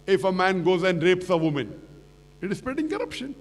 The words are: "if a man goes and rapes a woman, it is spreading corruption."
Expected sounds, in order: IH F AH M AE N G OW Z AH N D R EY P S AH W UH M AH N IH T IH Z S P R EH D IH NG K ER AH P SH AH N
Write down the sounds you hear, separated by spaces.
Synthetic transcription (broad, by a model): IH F AH M AE N G OW Z AH N D R EY P S AH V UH M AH N IH T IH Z S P EH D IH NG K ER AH P SH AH N